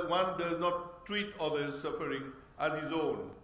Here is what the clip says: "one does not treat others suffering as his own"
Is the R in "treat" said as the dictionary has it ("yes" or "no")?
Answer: yes